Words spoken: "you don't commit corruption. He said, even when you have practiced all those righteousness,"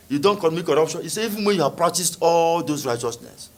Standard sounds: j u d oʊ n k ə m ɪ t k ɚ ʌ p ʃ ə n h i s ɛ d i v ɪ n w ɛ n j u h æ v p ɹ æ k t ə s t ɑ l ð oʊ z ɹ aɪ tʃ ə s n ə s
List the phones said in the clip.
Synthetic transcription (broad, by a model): j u d oʊ n k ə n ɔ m k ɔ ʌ p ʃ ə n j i s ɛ i v ɪ n w ɛ n j u h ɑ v p ɹ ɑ k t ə s t ɑ l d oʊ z ɹ aɪ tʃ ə s n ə s